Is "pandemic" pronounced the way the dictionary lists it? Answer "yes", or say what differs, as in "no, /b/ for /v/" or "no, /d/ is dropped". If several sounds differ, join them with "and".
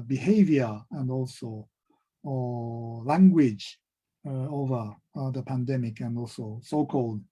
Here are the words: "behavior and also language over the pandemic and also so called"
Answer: yes